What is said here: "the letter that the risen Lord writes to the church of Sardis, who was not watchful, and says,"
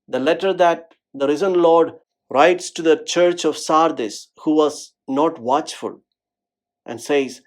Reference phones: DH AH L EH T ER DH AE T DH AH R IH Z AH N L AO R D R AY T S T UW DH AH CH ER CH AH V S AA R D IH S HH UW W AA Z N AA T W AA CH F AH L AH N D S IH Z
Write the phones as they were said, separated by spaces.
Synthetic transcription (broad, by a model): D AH L EH T ER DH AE T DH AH R IH Z AH N L AO R D R AY T S T UW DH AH CH ER CH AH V S AA R D IH S HH UW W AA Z N AA T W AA CH F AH L AH N D S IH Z